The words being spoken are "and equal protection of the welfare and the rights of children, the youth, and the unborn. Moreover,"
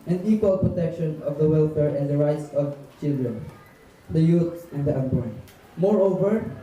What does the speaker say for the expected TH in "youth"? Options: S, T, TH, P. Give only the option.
S